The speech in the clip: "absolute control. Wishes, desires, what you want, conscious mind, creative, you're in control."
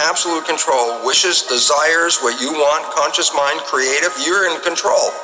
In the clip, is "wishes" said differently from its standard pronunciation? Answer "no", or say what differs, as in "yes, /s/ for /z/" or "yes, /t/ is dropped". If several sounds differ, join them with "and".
no